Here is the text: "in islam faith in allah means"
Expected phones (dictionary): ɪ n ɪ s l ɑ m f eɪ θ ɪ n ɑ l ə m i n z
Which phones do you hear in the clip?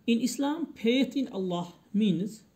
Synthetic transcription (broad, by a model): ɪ n ɪ s l ɑ m p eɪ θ ɪ n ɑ l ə m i n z